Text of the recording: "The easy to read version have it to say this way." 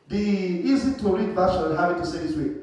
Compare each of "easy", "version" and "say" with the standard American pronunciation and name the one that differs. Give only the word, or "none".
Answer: version